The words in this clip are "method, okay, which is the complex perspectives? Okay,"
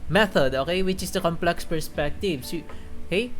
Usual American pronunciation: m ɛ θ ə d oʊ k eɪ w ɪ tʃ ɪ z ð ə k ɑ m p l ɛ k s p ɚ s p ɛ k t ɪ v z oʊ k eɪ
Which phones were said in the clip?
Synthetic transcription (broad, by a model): m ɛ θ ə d oʊ k eɪ w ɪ tʃ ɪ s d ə k ɑ m p l ɛ k s p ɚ s p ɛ k t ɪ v s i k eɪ